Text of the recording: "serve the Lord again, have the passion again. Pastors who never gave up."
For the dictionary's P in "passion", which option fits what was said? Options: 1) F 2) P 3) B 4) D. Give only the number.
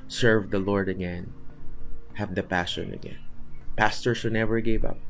2